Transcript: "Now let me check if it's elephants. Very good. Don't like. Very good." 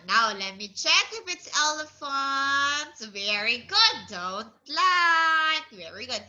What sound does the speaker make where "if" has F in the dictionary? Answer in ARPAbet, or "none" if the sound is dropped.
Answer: P